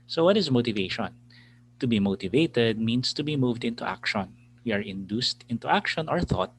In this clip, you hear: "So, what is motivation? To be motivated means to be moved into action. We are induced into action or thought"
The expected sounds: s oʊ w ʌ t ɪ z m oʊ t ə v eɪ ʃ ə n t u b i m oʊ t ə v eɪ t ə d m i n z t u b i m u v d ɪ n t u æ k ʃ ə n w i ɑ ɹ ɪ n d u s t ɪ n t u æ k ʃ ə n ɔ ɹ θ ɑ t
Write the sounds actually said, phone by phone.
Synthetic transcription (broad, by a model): s oʊ w ʌ t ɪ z m oʊ t ə v eɪ ʃ ə n t u b i m oʊ t ə v eɪ t ə d m i n s t u b i m u v d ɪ n t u æ k ʃ ə n w i ɑ ɹ ɪ n d u s t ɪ n t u æ k ʃ ə n ɔ ɹ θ ɑ t